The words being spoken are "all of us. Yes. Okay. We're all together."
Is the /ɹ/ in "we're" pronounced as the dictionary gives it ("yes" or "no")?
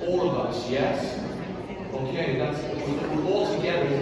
no